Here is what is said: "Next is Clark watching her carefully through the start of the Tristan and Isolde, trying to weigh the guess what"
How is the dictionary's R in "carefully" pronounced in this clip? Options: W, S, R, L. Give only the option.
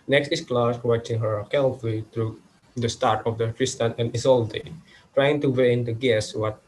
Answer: L